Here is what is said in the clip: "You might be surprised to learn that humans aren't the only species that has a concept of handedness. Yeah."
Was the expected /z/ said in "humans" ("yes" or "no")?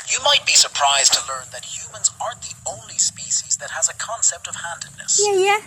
yes